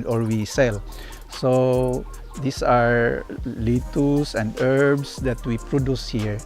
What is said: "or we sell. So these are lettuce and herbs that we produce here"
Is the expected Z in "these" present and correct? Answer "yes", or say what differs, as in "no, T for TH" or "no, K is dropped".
no, S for Z